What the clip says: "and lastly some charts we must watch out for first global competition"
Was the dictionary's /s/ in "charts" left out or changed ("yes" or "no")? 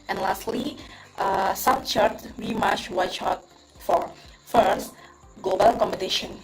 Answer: yes